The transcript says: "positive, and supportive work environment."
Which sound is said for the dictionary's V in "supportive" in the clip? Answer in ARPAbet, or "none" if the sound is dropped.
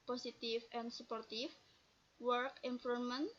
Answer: F